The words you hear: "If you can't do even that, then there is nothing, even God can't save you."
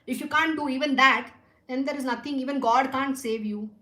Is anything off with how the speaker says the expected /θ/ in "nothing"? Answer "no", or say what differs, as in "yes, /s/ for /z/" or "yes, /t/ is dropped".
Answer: yes, /t/ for /θ/